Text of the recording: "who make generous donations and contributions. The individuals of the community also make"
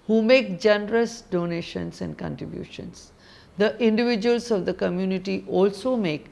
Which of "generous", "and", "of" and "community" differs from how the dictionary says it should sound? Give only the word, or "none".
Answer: none